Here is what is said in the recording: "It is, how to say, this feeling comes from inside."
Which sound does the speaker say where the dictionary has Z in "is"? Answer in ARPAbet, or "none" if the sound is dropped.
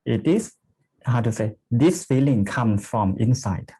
S